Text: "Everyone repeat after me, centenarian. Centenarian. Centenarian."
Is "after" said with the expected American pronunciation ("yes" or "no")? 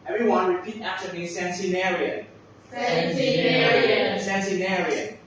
no